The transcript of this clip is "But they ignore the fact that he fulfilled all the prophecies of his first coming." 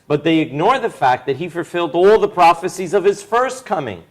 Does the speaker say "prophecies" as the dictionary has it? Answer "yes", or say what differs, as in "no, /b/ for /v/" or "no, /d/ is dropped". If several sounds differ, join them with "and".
yes